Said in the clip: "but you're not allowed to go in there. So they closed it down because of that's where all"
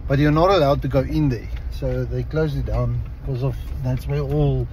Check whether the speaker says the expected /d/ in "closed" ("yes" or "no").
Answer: no